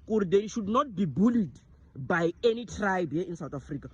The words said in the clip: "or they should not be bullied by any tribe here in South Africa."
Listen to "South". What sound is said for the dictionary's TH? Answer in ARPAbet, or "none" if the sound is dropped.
T